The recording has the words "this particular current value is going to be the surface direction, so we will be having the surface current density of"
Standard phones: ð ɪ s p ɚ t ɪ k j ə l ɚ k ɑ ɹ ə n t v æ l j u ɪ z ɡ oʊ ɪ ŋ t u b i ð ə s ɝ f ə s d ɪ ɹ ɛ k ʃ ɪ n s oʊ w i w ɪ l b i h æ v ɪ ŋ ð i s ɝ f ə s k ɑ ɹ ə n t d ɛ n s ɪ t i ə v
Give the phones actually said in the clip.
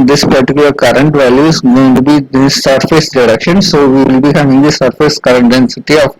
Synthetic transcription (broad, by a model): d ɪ s p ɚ t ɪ k j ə l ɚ k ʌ ɹ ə n t v æ l j u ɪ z ɡ oʊ ɪ ŋ t u b i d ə s ɝ f ə s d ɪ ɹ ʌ k ʃ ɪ n s oʊ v i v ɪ l b i h æ v ɪ ŋ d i s ɝ f ə s k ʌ ɹ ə n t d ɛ n s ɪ t i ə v